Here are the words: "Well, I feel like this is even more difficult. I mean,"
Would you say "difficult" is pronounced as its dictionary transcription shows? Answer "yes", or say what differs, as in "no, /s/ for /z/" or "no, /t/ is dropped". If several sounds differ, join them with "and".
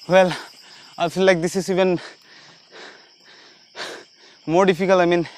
no, /t/ is dropped